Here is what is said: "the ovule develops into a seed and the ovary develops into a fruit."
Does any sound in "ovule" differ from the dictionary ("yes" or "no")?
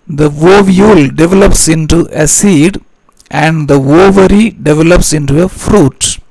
no